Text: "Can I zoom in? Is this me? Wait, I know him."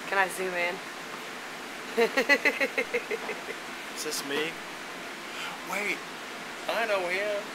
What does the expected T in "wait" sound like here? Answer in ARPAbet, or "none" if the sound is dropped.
T